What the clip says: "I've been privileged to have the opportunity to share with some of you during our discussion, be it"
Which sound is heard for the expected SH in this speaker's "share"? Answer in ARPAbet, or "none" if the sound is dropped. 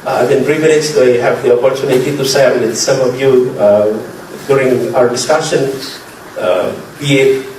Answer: S